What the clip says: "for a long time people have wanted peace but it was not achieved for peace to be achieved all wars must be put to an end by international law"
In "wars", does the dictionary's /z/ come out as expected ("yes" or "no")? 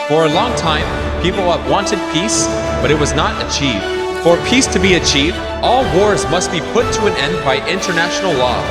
yes